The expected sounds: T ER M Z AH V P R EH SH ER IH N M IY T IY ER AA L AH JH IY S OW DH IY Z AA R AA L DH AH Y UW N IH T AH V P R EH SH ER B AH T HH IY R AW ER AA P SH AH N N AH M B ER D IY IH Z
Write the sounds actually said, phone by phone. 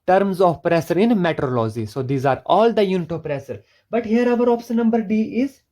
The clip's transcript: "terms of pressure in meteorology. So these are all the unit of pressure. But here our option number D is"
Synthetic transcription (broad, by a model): T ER M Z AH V P R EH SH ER IH N M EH T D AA L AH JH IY S OW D IY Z AA R AA L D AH Y UW N IH T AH P R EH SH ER B AH T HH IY R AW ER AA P S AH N N AH M B ER D IY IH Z